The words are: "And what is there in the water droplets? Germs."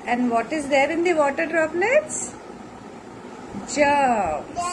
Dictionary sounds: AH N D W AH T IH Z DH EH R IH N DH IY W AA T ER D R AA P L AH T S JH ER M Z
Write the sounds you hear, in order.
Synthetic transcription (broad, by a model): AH N D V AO T IH Z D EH R IH N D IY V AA T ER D R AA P N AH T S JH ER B